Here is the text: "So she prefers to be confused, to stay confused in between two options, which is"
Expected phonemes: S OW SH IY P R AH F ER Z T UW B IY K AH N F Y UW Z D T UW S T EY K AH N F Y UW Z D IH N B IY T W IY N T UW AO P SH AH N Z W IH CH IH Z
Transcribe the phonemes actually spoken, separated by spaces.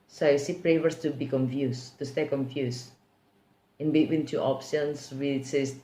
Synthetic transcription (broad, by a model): S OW S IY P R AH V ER S T UW B IY K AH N F Y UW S T UW S T EY K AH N F Y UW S IH N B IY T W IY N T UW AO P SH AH N S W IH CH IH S